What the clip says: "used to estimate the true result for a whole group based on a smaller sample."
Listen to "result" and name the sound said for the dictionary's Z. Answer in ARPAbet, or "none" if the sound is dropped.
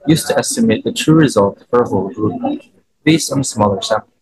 Z